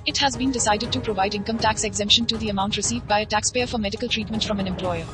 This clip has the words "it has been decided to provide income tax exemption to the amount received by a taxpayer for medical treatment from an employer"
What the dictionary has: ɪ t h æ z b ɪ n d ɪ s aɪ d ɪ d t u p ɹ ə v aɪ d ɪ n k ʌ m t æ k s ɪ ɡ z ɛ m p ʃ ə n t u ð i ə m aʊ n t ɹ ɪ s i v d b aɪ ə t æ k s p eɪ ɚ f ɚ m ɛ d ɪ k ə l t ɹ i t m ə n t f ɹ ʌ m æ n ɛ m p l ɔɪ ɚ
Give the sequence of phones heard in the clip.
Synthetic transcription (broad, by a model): ɪ t h æ z b ɪ n d ɪ s aɪ d ɪ d t u p ɹ ə v aɪ d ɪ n k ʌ m t æ k s ɪ ɡ z ɛ m p ʃ ə n t u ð i ə m aʊ n t ɹ ɪ s i v d b aɪ ə t æ k s p eɪ ɚ f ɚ m ɛ d ɪ k ə l t ɹ i t m ə n t f ɹ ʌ m æ n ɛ m p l ɔɪ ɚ